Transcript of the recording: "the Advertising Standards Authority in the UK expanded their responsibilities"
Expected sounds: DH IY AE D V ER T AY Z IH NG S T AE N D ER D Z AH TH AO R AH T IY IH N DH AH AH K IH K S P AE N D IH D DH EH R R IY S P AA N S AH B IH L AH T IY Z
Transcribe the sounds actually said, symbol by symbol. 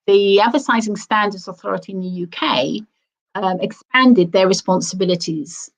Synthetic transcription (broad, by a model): DH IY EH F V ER S AY Z IH NG S T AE N D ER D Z AH TH AO R AH T IY IH N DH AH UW K IH K S P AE N D IH D DH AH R R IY S P AA N S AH B IH L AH T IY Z